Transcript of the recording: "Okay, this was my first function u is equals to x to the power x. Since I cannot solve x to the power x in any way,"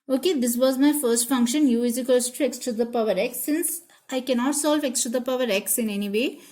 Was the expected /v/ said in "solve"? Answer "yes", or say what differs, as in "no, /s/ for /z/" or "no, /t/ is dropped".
yes